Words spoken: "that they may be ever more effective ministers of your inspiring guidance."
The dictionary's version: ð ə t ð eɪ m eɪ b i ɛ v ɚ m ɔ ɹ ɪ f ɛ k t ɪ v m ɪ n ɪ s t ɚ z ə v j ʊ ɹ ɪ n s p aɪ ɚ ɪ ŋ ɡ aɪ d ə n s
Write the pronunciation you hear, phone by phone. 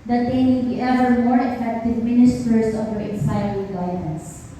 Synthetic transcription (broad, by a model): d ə t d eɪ m eɪ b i ɛ v ɚ m ɔ ɹ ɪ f ɛ k t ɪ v m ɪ n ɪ s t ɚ s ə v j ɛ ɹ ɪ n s aɪ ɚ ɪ ɡ aɪ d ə n s